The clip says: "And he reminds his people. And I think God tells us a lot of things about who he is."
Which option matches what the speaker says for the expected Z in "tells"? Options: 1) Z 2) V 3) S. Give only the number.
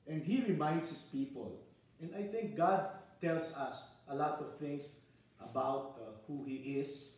3